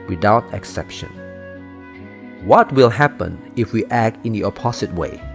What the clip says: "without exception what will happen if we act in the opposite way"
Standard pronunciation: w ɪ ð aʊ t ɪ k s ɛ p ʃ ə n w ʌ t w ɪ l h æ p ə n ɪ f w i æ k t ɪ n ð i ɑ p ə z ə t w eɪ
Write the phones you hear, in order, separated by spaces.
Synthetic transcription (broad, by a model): w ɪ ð aʊ t ɪ k s ɛ p ʃ ə n w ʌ t w ɪ l h æ p ə n ɪ f w i æ k t ɪ n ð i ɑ p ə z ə t w eɪ